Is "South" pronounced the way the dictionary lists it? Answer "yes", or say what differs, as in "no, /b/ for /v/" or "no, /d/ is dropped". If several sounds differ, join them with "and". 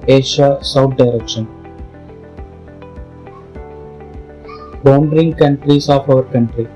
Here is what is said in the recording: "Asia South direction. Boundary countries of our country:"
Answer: no, /t/ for /θ/